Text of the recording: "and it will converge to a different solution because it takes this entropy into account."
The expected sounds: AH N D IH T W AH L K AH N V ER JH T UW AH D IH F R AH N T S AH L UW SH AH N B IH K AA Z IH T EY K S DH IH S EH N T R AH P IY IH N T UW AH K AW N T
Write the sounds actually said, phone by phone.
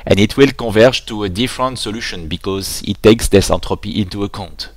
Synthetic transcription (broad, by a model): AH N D IH T W AH L K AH V ER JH T UW AH D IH F R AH N T S AH L UW SH AH N B IH K AA Z IH T EY K S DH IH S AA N T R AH P IY IH N T UW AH K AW N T